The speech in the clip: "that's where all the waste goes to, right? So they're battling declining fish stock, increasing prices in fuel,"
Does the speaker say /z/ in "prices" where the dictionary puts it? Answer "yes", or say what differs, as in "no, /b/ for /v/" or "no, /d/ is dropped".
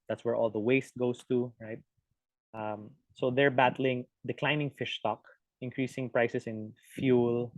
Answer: no, /s/ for /z/